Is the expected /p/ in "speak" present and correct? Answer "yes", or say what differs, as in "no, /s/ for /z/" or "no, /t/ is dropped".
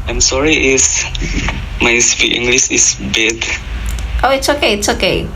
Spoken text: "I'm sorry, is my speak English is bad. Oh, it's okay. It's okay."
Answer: no, /f/ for /p/